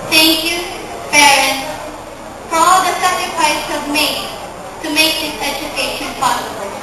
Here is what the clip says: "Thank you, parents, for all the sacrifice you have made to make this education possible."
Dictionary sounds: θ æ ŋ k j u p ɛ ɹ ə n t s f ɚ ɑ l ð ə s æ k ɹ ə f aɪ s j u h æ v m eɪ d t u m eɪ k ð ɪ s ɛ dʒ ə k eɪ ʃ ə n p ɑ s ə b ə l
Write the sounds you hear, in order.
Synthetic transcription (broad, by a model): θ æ ŋ k j u b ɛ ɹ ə n f ɚ ɑ l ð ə s æ k ɹ ə f aɪ s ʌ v m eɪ t u m eɪ k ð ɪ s ɛ dʒ ə k eɪ ʃ ə n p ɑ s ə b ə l